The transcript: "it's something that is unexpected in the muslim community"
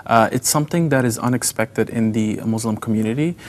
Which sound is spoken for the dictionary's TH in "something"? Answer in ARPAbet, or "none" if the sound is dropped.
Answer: TH